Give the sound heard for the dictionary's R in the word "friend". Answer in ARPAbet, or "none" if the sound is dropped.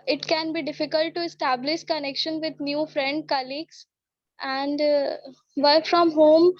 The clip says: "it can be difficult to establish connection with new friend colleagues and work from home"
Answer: R